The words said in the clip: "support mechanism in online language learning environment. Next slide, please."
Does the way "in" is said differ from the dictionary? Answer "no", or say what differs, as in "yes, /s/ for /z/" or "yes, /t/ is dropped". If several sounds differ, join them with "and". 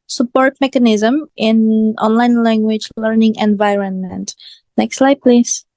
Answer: no